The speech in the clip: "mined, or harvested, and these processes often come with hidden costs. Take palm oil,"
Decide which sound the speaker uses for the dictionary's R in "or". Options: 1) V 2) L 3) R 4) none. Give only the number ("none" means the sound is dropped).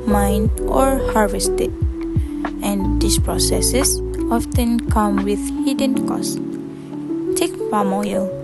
3